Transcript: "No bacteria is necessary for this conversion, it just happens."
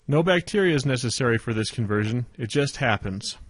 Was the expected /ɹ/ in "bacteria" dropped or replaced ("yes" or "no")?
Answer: no